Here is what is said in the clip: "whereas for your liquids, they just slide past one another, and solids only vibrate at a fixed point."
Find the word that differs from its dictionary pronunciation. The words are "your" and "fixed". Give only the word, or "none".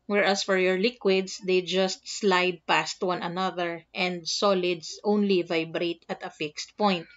none